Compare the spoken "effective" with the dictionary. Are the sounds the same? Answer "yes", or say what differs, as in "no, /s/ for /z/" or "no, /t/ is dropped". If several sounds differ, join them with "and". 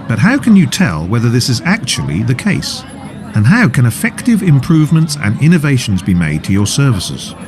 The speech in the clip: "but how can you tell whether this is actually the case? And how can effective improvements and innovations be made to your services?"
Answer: yes